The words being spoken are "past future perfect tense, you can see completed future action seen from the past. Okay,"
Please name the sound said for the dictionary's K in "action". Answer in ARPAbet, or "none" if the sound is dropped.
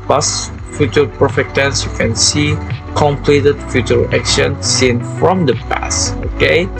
K